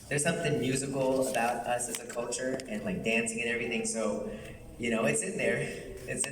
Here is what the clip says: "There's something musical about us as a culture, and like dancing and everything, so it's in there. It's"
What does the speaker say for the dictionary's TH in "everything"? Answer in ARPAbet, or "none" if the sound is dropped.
TH